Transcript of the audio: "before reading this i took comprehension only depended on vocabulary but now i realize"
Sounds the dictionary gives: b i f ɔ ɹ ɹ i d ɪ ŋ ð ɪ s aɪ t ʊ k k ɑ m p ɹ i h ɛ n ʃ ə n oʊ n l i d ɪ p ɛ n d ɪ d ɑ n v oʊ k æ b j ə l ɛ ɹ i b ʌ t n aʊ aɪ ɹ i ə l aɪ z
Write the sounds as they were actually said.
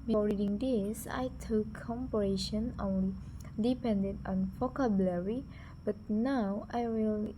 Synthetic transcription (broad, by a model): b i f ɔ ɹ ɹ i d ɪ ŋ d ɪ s aɪ t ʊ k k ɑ m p i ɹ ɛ ʃ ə n oʊ n l i d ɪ p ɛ n d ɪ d ɑ n f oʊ k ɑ b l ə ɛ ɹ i b ʌ t n aʊ aɪ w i l